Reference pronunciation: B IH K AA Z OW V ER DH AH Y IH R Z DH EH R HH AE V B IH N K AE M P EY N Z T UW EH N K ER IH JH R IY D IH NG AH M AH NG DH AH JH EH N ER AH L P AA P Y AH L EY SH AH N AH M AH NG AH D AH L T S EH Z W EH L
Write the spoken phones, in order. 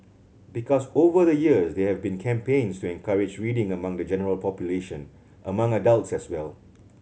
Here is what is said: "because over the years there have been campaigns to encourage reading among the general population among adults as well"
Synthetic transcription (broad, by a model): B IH K AA S OW V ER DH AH Y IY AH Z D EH HH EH V B IH N K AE M P EY N S T UW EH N K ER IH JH R IY D IH NG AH M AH NG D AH JH EH N ER AH L P AA P Y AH L EY SH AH N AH M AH NG AH D AH L T S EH S W EH L